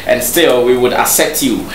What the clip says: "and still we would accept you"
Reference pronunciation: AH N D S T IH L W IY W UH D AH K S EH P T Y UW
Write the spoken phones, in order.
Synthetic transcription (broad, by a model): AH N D S T IH L W IY W UH D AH S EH T Y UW